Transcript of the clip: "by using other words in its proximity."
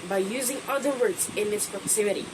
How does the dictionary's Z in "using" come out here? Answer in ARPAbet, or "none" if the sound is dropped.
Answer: Z